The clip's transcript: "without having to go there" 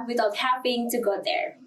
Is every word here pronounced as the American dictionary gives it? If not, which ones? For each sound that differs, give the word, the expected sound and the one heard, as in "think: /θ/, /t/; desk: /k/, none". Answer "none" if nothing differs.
having: /v/, /p/